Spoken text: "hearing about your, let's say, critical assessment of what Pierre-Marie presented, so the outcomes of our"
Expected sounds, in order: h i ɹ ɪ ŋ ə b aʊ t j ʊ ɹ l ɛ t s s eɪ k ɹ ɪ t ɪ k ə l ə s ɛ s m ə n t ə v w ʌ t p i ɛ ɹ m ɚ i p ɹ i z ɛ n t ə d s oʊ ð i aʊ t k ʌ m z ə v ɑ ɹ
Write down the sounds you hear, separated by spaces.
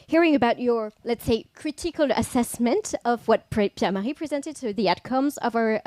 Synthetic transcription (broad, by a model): h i ɹ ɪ ŋ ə b aʊ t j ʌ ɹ l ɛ t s s eɪ k ɹ ɪ t ɪ k ə l ə s ɛ s m ə n t ə v w ʌ t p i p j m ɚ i p ɹ i z ɛ n t ə d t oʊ ð i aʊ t k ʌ m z ə v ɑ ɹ